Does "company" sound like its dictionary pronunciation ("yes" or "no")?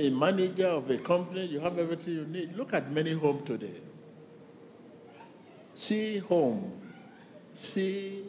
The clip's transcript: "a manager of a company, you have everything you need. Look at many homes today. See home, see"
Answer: yes